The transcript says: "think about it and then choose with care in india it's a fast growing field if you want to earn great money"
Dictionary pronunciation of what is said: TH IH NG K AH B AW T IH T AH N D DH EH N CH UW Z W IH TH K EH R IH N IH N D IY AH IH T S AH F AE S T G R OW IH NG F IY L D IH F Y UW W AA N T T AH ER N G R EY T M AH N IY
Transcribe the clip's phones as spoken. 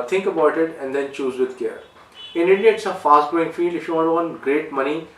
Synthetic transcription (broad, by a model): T IH NG K AH B AW T IH T AH N D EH N CH UW Z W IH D K EH R IH N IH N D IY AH IH T S AH F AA S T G OW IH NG F IY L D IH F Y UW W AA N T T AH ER N G R EY T M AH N IY